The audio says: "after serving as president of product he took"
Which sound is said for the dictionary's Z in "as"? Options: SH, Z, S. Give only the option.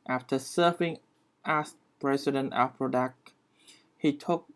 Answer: S